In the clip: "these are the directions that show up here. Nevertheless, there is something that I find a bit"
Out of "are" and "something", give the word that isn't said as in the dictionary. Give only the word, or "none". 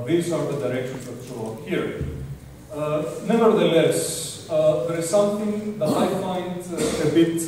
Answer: something